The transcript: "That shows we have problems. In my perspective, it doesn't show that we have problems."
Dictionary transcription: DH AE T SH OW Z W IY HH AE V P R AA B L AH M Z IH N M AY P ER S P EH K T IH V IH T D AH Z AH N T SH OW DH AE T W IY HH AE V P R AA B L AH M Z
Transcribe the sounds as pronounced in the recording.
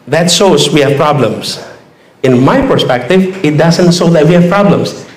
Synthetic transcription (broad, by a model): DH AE T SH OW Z W IY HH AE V P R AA B L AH M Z IH N M AY P ER S P EH K T IH V IH T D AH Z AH N T S OW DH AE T W IY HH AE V P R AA B L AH M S